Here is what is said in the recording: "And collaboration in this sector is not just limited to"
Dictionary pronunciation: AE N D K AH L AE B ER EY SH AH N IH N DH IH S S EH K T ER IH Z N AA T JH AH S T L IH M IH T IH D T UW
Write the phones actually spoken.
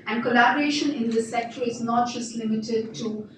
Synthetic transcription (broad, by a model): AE N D K AH L AE B ER EY SH AH N IH N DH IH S S EH K T ER IH Z N AA T JH AH S T L IH M IH T IH D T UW